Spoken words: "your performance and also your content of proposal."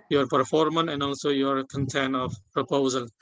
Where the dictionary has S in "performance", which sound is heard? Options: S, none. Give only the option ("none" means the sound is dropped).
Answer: none